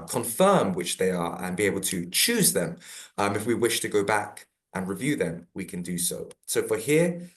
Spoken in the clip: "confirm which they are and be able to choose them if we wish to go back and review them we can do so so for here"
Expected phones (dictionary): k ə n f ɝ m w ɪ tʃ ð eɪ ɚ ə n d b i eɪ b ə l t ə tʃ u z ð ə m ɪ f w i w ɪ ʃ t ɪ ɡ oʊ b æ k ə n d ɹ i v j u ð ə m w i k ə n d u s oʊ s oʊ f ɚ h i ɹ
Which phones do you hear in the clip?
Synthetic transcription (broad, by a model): k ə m f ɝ m w ɪ tʃ ð eɪ ɚ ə n b i eɪ b ə l t ə tʃ u z ð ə m ɪ f w i w ɪ ʃ t ɪ ɡ oʊ b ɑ k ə n ɹ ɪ v j u ð ə m w i k ə n d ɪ s oʊ s oʊ f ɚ h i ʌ